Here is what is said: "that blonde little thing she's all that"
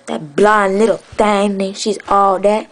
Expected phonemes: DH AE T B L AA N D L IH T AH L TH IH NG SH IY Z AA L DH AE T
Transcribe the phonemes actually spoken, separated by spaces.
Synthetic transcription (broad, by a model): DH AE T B L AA N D L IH T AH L T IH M SH IY Z AA L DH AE T